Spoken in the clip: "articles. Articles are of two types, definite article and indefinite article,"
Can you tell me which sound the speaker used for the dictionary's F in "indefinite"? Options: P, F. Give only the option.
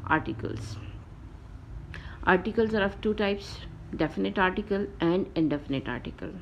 F